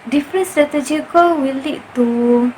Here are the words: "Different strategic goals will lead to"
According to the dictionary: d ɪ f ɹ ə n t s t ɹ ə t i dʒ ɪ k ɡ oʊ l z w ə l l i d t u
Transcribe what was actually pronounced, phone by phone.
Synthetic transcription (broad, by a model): d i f ɹ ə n s t ɹ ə t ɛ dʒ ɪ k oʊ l w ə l l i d t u